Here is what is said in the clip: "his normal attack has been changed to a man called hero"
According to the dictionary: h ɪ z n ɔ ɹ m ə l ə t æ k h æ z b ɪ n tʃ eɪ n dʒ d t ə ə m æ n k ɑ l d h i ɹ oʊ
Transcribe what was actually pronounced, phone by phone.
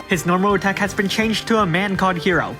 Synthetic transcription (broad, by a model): h ɪ z n ɔ ɹ m ə l ə t æ k h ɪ z b ɪ n tʃ eɪ n dʒ t ə ə m æ n k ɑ d h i ɹ oʊ